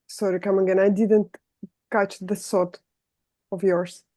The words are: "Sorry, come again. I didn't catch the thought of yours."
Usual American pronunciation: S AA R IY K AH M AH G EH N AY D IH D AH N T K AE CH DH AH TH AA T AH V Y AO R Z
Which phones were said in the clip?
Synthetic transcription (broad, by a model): S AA R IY K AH M AH G EH N AY D IH D AH N T K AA CH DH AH S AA T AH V Y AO R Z